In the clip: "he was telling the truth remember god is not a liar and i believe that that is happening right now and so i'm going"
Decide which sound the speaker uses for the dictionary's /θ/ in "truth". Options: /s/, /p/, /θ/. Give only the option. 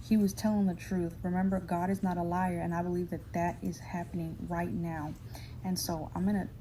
/θ/